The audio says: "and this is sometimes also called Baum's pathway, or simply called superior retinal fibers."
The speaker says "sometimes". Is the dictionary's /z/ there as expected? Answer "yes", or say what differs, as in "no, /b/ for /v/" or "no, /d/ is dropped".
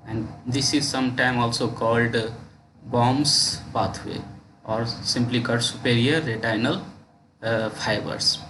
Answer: no, /z/ is dropped